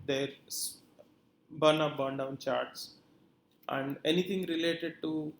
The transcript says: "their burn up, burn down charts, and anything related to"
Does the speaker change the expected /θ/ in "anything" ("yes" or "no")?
yes